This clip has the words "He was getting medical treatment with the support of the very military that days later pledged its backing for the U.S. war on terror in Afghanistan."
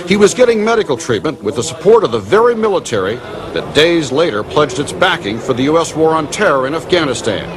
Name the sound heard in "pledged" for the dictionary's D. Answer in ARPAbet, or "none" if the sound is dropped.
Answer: D